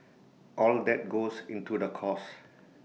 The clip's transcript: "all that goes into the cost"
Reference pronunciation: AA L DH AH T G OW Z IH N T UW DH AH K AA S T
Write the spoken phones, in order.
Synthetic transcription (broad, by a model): AA L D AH T G OW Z IH N T UW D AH K AA S